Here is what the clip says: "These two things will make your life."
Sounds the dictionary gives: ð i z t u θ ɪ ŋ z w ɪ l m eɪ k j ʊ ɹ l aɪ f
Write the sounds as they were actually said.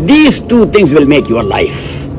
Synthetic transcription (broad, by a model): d i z t u t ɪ ŋ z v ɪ l m eɪ k j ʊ ɹ l aɪ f